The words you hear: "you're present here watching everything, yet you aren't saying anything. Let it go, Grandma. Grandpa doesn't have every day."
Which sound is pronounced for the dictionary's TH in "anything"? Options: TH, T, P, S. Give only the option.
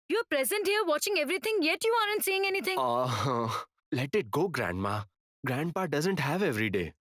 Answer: T